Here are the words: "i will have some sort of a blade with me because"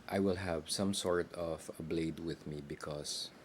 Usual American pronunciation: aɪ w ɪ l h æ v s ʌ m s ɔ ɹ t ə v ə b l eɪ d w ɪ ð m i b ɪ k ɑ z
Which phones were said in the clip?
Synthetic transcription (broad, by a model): aɪ w ɪ l h æ v s ʌ m s ɔ ɹ t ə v ə b l eɪ d w ɪ ð m i b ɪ k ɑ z